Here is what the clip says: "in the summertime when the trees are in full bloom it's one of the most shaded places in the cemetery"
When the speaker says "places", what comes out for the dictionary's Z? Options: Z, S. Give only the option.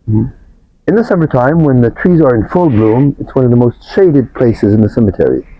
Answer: Z